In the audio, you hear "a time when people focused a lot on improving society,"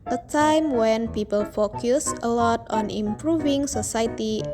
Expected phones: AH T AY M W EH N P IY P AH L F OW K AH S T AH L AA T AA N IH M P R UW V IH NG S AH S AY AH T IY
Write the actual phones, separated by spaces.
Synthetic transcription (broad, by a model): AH T AY M W EH N P IY P AH L F OW K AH S AH L AA T AA N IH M P R UW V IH NG S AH S AY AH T IY